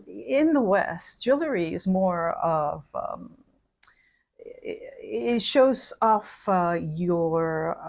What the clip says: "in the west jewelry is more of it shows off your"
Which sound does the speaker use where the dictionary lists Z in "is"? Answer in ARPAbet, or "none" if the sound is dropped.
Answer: Z